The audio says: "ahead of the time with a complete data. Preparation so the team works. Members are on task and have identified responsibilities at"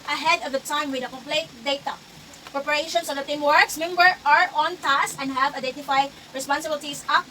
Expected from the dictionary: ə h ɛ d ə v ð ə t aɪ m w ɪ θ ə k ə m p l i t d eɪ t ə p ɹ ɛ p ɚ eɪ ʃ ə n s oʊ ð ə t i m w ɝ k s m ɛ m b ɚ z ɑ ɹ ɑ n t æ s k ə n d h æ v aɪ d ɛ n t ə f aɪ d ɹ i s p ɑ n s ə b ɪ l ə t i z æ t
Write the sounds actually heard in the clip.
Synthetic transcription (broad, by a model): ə h ɛ d ə v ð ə t aɪ m w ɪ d ə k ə m p l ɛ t d eɪ t ə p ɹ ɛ p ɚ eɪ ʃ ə n s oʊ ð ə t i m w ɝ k s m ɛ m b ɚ ɑ ɹ ɑ n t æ s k ə n d h æ v aɪ d ɛ n t ə f aɪ d ɹ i s p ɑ n s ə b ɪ l t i s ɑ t